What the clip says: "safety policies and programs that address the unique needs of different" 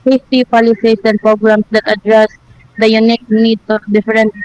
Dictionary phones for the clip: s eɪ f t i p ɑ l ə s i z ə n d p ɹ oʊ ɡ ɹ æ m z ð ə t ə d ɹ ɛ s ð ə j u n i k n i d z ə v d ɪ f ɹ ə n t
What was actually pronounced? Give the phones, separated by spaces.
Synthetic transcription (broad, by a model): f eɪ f t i p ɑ l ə s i s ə n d p ɹ oʊ ɡ ɹ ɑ m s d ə t ə d ɹ ɛ s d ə j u n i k n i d ə d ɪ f ɹ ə n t